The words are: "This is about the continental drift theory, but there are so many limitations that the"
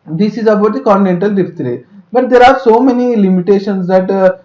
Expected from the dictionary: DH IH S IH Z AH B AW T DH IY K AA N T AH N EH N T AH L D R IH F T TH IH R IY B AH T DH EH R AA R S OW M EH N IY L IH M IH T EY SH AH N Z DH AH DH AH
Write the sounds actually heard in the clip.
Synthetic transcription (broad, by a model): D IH S IH Z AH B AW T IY K AA N T AH N EH N T AH L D IY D T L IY B AH T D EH R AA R S OW M EH N IY L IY M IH T EY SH AH N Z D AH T